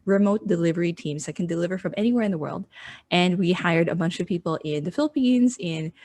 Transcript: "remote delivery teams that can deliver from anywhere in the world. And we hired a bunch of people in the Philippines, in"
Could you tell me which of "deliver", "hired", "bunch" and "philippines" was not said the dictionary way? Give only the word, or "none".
none